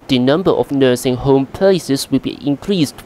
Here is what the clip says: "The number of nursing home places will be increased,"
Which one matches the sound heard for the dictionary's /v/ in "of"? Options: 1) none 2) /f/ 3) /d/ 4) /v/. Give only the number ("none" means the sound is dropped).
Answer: 2